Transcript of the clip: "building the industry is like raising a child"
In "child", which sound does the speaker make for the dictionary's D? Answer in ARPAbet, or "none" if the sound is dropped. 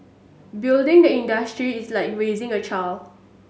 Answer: none